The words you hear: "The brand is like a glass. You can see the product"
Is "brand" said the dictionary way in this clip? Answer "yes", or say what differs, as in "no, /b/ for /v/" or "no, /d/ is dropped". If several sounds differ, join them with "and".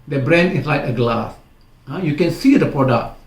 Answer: no, /d/ is dropped